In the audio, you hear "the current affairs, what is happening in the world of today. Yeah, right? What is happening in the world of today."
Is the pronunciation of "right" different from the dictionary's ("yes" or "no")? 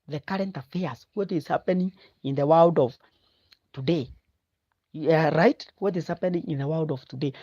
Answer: no